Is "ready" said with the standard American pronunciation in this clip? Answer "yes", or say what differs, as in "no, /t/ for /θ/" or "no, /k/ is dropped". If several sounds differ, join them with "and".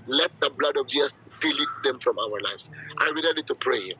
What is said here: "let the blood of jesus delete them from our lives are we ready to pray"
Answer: no, /l/ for /ɹ/